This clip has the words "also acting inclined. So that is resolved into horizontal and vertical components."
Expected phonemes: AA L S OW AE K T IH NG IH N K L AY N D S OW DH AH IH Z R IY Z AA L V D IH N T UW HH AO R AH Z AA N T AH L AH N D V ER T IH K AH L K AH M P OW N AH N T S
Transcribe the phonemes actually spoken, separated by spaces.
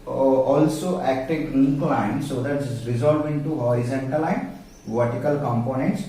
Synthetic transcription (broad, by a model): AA L S OW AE K T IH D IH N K L AY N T S OW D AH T R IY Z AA L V IH N T UW HH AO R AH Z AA N T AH L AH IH V ER T IH K AH L K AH M P OW N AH N T S